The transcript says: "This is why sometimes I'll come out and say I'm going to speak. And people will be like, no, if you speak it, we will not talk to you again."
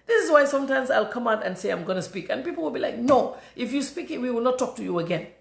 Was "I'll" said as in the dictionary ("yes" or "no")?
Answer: yes